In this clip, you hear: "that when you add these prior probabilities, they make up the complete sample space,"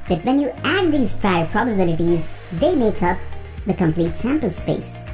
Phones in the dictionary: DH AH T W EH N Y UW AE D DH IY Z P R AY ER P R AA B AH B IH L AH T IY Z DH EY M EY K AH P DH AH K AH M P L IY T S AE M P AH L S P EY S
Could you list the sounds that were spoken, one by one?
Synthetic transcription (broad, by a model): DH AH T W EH N Y UW AE D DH IY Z P R AY ER P R AA B AH B IH L AH T IY Z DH EY M EY K AH P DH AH K AH M P L IY T S AE M P AH L S P EY S